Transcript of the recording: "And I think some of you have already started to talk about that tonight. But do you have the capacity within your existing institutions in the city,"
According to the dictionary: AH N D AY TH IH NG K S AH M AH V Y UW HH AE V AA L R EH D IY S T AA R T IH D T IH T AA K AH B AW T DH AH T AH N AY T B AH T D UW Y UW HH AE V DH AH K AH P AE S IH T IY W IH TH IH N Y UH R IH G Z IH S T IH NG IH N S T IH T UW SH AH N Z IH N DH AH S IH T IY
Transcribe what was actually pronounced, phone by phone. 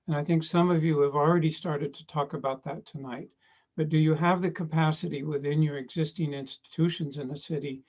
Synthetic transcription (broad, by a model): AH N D AY TH IH NG K S AH M AH V Y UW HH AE V L R EH D IY S T AA R T IH D T IH T AA K AH B AW T DH AH T AH N AY T B AH T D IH Y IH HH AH V DH AH K AH P AE S IH T IY W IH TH IH N Y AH R IH G Z IH S T IH NG IH N S T IH T UW SH AH N Z IH N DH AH S IH T IY